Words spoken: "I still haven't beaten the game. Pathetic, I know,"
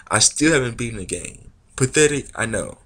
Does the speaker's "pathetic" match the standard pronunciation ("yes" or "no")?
no